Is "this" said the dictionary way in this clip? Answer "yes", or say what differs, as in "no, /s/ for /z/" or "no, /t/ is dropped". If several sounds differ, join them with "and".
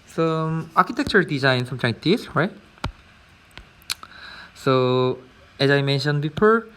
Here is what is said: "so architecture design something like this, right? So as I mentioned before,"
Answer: no, /s/ is dropped